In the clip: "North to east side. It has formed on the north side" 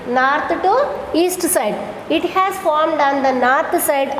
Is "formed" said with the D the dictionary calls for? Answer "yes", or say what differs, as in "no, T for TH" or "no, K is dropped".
yes